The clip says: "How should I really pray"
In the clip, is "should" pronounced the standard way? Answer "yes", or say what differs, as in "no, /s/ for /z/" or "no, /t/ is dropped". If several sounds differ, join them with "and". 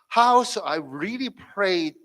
no, /s/ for /ʃ/